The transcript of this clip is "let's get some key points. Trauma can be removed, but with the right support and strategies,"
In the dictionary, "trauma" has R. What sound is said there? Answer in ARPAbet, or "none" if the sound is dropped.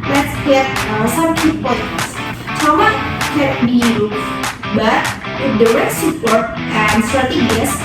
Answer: none